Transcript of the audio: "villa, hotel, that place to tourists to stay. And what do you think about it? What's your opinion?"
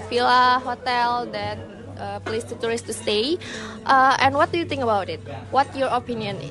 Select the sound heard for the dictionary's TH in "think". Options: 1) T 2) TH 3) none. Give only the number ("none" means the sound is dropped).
1